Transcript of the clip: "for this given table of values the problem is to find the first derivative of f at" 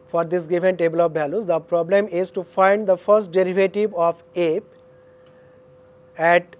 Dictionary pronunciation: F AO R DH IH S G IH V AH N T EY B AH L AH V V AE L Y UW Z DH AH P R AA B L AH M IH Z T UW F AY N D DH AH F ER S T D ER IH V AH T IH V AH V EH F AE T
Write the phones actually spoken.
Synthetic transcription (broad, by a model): F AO R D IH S G IH V AH N T EY B AH L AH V B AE L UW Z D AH P R AA B L AH M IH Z T UW F AY N D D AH F ER S T D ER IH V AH T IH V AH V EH P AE T